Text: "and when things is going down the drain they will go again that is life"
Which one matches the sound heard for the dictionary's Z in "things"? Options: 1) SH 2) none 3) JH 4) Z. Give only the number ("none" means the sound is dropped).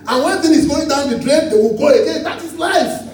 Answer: 2